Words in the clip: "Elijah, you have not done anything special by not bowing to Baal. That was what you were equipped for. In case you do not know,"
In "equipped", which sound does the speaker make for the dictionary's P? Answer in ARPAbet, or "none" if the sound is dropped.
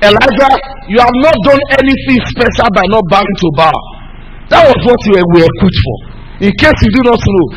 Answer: none